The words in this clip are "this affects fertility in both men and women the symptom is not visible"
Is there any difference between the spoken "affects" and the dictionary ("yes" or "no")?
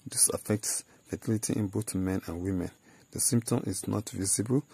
no